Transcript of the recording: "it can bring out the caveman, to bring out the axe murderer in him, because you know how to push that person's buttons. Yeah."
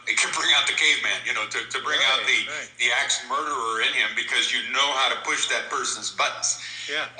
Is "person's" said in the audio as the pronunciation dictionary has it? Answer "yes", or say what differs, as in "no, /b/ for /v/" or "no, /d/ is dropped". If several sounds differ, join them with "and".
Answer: yes